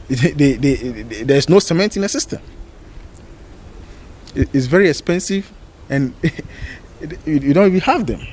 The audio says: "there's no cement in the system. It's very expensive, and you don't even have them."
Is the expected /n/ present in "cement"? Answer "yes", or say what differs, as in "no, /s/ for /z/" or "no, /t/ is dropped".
yes